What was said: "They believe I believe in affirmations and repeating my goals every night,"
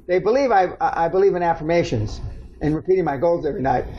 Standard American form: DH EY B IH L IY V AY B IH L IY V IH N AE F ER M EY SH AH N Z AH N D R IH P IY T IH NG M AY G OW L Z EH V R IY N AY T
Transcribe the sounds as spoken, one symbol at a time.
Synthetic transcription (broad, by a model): DH EY B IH L IY V AY B IH L IY V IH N AE F ER M EY SH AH N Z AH N R IH P IY T IH NG M AY G OW L Z EH V R IY N AY T